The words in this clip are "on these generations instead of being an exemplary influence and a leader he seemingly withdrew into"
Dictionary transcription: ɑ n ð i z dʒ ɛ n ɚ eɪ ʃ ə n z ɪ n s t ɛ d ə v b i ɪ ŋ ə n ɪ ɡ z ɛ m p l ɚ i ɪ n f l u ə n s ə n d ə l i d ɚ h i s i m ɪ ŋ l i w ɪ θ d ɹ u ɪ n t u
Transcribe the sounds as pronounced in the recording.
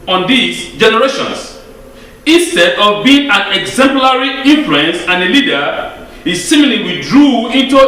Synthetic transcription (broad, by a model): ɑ n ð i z dʒ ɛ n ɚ eɪ ʃ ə n s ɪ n s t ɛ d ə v b i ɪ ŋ ə n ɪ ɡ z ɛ m p l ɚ i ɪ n f l u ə n s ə n ə l i d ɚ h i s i m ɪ l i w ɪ d ɹ u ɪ n t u